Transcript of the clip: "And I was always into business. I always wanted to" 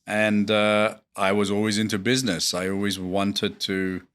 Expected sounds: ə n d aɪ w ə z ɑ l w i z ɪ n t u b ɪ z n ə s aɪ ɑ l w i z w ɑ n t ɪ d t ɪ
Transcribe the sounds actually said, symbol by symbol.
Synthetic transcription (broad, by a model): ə n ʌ aɪ w ə z ɑ l w i z ɪ n t u b ɪ z n ə s aɪ ɑ l w i z w ɑ n t ɪ d t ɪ